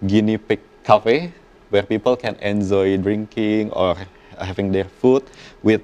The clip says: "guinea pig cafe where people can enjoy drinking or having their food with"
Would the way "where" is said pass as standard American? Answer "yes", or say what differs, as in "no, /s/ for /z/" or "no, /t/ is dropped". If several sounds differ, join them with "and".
yes